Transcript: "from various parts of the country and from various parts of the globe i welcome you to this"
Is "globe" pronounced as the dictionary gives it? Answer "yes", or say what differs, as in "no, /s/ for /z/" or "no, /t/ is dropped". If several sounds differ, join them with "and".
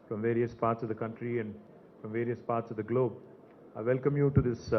yes